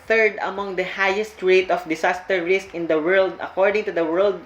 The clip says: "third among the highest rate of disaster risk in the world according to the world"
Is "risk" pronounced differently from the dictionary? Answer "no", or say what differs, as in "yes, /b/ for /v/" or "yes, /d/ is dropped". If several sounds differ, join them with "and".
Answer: no